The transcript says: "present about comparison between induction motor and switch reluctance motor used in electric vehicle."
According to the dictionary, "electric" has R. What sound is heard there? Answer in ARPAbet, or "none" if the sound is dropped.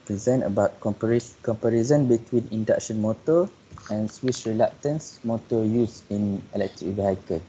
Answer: R